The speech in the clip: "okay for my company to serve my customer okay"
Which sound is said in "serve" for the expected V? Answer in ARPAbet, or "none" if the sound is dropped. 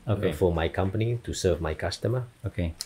V